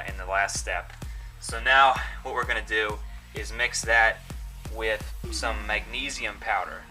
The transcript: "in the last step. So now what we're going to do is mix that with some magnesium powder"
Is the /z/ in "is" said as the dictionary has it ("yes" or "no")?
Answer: yes